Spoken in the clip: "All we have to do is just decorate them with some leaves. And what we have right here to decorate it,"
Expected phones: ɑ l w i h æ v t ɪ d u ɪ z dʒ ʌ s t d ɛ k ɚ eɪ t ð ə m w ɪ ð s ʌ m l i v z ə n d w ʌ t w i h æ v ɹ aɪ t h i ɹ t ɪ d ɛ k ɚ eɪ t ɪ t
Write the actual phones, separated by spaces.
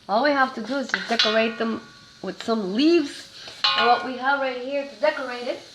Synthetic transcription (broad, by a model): ɑ l w i h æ f t ɪ d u ɪ z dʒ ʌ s d ɛ k ɚ eɪ t ð ə m w ɪ ð s ʌ m l i v z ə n w ʌ t w i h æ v ɹ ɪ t h i ɹ t ɪ d ɛ k ɚ eɪ t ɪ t